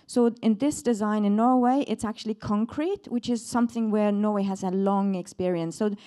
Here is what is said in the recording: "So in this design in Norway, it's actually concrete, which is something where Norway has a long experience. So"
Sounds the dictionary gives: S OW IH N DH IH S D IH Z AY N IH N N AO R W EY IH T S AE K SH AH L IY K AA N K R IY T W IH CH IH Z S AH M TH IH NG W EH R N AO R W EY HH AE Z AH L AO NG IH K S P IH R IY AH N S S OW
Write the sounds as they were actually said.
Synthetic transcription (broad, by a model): S OW IH N DH IH S D IH Z AY N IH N N AO R W EY IH T S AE K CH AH L IY K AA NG K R IY T W IH CH IH Z S AH M TH IH NG W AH R N AO R W EY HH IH Z AH L AO NG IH K S P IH R IY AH N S S OW